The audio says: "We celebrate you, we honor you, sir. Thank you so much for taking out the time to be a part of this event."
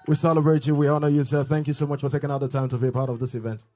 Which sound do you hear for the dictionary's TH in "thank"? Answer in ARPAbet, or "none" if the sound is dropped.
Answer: TH